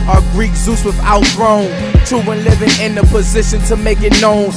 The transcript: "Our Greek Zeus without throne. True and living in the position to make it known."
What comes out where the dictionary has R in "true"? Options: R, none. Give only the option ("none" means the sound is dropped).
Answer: none